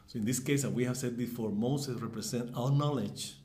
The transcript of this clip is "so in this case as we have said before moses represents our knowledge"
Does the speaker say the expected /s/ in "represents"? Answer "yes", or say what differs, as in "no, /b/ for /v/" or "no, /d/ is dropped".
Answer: no, /s/ is dropped